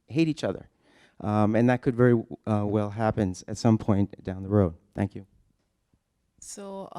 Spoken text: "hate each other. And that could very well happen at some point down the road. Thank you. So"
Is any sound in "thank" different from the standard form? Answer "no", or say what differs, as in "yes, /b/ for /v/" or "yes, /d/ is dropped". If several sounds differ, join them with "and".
no